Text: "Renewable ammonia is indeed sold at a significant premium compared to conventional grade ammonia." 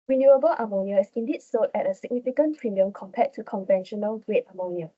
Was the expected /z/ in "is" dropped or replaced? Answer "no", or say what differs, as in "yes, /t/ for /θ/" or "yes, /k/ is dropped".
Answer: yes, /s/ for /z/